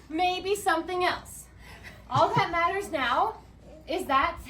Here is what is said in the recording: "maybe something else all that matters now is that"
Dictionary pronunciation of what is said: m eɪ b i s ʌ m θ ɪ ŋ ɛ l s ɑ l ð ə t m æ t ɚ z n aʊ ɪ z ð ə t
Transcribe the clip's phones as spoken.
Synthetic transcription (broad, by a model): m eɪ b i s ʌ m θ ɪ ŋ ɛ l s ɑ l ð ə t m æ t ɚ z n aʊ ɪ z ð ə t